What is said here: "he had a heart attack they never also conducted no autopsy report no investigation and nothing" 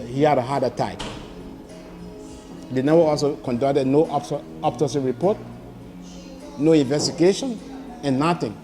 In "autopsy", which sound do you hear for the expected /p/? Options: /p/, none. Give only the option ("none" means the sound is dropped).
none